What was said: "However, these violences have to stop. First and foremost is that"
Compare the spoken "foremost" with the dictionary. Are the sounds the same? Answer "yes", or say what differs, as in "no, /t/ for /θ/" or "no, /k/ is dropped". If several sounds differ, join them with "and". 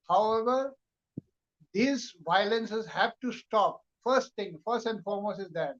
no, /t/ is dropped